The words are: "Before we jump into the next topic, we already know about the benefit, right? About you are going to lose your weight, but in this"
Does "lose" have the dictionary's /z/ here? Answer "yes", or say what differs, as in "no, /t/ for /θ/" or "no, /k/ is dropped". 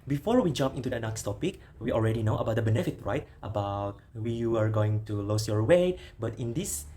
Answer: no, /s/ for /z/